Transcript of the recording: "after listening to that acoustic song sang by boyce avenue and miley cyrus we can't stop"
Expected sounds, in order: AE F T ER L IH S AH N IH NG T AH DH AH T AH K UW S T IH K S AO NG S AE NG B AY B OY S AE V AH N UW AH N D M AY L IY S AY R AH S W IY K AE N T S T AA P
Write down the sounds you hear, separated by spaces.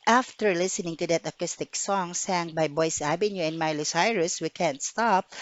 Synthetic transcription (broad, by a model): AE F T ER L IH S AH N IH NG T AH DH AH T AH K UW S T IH K S AO NG S AE NG B AY B OY S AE B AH N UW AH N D M AY L IY S AY R AH S W IY K AE N T S T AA P